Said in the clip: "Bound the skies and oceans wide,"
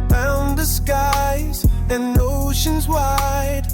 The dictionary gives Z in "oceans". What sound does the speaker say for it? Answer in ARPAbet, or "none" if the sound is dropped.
Z